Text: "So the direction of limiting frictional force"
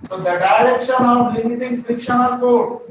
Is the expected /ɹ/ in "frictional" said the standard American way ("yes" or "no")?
no